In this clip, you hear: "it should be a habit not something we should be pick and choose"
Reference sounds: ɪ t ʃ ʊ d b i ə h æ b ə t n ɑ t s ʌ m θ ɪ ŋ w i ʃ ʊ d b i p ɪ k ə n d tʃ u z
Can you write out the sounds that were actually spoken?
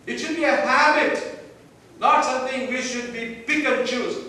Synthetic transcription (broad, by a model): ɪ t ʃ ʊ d b i ə h æ b ə t n ɑ t s ʌ m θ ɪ ŋ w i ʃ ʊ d b i b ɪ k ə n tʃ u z